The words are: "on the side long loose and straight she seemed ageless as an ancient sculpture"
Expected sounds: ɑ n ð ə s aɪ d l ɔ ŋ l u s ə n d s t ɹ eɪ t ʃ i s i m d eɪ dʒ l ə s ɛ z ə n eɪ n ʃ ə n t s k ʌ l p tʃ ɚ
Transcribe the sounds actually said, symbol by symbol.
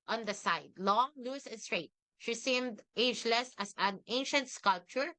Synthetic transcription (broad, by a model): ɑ n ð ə s aɪ d l ɔ l u s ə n s t ɹ eɪ t ʃ i s i m d eɪ dʒ l ə s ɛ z ə n eɪ n ʃ ə n t s k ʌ l p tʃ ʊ